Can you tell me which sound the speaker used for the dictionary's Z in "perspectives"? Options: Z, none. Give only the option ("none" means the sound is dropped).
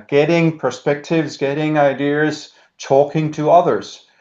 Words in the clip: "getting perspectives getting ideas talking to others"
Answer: Z